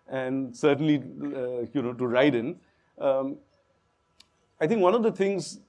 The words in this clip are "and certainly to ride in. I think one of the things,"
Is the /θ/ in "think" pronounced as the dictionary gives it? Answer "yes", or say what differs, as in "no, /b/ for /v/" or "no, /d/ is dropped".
no, /t/ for /θ/